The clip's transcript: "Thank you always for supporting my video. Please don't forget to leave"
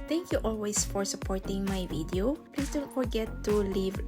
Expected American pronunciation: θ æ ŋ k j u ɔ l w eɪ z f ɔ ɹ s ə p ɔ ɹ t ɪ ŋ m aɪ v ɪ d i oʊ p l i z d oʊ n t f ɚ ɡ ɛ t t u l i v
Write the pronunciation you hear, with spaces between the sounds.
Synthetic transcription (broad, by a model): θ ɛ ŋ k j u ɔ l w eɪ s f ɔ ɹ s ə p ɔ ɹ t ɪ ŋ m aɪ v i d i oʊ p l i s d oʊ n t f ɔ ɡ ɛ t t u l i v